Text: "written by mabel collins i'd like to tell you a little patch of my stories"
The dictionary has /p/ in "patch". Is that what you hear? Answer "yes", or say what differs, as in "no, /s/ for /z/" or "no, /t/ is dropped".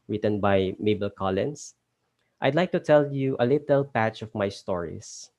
yes